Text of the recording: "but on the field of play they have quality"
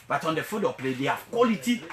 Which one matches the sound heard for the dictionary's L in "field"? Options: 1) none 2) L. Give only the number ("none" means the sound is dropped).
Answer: 1